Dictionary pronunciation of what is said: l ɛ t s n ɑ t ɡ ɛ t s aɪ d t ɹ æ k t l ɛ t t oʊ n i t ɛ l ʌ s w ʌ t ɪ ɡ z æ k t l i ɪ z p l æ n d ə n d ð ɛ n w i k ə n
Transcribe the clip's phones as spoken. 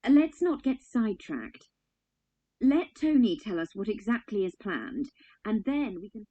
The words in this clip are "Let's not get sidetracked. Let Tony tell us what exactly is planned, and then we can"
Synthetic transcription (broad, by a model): l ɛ t s n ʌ t ɡ ɛ t s aɪ d t ɹ æ k t l ɛ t t oʊ n i t ɛ l ʌ s w ʌ t ɪ ɡ z æ k t l i ɪ z p l æ n d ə n ð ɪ n w i k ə n